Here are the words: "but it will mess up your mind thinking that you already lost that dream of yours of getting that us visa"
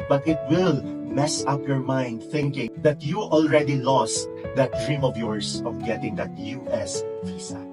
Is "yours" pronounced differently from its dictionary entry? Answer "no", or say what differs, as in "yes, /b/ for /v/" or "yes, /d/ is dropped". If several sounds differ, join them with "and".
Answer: yes, /s/ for /z/